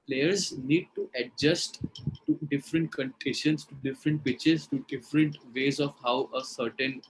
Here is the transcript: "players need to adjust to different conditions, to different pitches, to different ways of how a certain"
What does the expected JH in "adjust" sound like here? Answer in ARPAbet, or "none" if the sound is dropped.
JH